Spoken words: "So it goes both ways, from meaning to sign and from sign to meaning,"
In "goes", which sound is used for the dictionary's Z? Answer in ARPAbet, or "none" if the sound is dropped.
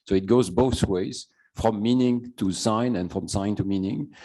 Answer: Z